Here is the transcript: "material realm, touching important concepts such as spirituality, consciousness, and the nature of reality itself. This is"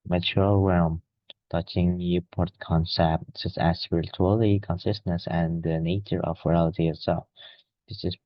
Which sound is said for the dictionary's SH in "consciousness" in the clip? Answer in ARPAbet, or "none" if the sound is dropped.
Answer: S